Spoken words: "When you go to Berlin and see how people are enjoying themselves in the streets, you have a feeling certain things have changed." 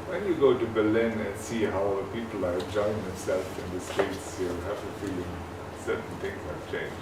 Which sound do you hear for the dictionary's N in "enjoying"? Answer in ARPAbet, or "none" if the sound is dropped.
none